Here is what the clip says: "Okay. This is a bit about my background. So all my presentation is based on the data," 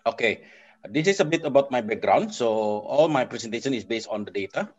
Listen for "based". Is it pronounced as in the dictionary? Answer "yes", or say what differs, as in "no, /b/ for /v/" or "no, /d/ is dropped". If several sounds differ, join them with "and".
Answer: yes